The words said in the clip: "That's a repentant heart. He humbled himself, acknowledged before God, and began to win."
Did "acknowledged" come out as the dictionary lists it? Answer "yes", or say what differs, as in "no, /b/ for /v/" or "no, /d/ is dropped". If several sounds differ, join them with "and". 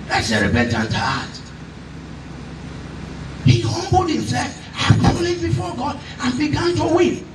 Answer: no, /n/ is dropped